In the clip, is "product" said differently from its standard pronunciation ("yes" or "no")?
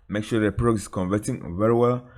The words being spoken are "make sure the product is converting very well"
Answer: yes